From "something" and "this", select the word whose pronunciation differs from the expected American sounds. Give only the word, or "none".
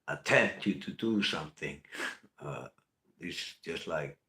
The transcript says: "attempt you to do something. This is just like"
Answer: this